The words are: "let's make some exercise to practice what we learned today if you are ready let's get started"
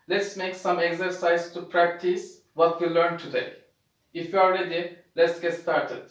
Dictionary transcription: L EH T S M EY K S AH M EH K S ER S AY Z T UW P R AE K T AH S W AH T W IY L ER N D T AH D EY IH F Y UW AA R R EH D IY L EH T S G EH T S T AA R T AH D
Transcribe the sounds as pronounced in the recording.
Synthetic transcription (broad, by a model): L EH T S M EY K S AH M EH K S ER S AY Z T UW P R AE K T AH S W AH T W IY L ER N T AH D EY IH F Y UW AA L R EH D IY L EH T S G EH T S T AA R T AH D